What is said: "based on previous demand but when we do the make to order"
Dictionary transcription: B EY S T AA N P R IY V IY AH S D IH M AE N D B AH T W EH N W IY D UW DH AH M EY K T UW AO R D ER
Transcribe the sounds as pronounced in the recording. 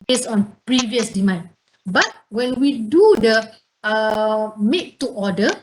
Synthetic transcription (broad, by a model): B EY S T AA N P R IY V IY AH S D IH M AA N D B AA T W EH N W IY D UW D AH M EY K T UW AO D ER